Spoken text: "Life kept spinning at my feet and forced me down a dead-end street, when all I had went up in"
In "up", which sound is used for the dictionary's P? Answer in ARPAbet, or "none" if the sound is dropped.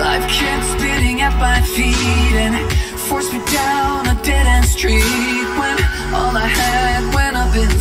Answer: B